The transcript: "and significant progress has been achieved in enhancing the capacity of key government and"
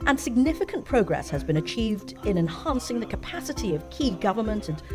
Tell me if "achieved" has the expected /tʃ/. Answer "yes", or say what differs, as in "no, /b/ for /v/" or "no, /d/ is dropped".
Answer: yes